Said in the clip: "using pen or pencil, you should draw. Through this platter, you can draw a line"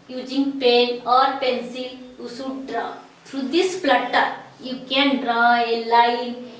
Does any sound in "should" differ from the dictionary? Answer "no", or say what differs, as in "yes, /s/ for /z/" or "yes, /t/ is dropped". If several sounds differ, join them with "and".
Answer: yes, /s/ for /ʃ/